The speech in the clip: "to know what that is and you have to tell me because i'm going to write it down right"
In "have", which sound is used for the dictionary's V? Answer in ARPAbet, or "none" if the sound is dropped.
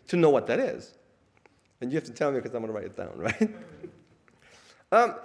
F